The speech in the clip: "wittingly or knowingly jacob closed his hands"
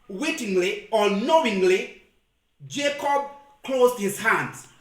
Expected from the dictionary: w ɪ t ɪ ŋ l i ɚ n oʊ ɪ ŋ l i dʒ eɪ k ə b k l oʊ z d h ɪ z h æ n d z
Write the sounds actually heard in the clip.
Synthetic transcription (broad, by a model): w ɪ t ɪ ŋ l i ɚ n oʊ ɪ ŋ l i dʒ eɪ k ə b k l oʊ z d h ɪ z h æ n d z